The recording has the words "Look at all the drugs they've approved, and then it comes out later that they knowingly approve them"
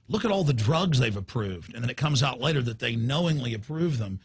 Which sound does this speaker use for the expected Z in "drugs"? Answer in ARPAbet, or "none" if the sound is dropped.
Z